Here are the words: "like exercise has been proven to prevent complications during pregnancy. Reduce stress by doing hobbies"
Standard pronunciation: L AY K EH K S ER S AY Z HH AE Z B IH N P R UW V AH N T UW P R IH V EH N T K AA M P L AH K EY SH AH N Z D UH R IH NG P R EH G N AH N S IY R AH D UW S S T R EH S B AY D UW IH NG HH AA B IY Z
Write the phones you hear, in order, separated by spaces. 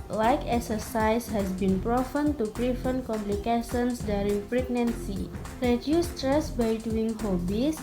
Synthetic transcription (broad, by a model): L AY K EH K S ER S AY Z HH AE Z B IH N P R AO F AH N T UW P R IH F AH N K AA M P L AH K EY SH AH N S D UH R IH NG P R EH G N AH N S IY R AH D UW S S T R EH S B AY D UW IH NG HH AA B IY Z